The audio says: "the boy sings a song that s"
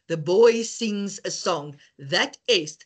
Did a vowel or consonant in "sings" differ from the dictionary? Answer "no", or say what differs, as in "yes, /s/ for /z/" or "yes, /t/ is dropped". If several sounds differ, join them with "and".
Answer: no